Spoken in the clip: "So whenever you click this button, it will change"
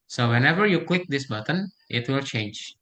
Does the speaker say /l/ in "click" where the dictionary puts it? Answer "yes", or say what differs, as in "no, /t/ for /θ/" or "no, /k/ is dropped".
no, /w/ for /l/